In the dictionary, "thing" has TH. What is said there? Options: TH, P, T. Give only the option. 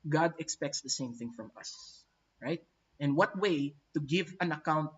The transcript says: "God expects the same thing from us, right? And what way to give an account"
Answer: TH